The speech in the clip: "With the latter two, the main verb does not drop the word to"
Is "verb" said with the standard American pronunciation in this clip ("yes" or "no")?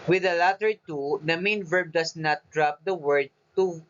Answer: yes